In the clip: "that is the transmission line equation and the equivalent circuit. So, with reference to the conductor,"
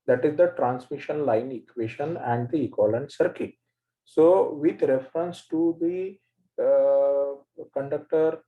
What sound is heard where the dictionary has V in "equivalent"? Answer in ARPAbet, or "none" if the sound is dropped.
none